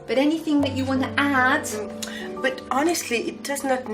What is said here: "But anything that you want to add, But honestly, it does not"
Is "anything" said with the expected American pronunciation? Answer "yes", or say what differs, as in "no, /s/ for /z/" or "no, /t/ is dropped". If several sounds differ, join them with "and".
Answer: yes